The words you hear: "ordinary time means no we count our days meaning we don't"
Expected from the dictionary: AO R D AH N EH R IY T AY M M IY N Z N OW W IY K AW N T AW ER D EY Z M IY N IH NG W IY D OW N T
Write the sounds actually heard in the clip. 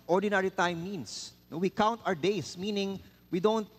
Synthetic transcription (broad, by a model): AO R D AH N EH R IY T AY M M IY N S N OW W IY K AW N T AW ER D EY S M IY N IH NG W IY D OW N T